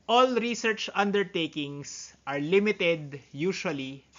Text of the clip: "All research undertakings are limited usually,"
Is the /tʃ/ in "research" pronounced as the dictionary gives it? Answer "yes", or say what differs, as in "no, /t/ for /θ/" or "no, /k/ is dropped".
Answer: yes